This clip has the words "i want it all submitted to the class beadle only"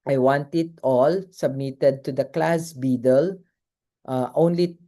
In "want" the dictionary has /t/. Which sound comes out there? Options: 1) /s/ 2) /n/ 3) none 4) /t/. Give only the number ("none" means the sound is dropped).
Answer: 4